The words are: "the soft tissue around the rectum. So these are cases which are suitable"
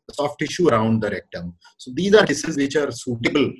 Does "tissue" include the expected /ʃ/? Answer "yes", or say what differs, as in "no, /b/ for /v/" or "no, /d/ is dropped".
yes